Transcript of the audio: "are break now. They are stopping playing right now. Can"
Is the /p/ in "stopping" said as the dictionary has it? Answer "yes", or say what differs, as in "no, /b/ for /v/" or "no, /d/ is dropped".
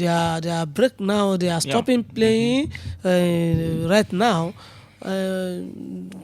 yes